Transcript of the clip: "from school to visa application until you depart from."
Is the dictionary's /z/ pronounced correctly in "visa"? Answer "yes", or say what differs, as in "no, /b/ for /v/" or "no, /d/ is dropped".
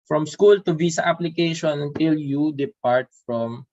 no, /s/ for /z/